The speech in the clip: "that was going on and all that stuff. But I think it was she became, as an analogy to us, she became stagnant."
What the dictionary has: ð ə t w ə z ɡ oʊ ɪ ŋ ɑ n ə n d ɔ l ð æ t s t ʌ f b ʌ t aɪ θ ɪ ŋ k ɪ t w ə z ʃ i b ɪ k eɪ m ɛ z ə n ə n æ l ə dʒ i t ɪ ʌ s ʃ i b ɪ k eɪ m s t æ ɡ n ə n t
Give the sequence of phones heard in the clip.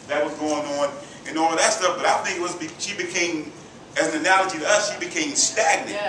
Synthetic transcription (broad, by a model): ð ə t w ə z ɡ oʊ ɪ ŋ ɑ n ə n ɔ w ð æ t s t ʌ f b ʌ t aɪ θ ɪ ŋ k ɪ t w ə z ʃ i b ɪ k eɪ m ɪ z ə n ə n æ l ə dʒ i t ɪ ʌ s ʃ i b ɪ k eɪ m s t æ ɡ n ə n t